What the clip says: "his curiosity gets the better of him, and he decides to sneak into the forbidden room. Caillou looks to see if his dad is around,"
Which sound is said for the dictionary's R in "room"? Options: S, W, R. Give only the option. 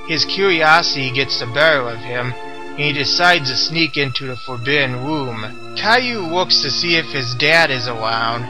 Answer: W